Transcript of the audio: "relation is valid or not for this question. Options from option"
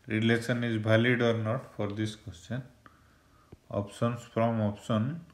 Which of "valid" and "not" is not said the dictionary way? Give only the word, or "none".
valid